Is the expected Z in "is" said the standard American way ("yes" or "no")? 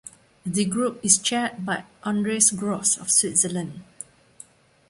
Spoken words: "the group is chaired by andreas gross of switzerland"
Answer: no